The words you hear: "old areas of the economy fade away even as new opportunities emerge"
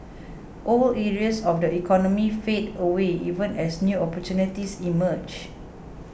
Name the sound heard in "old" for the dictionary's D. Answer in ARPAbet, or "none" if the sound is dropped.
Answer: none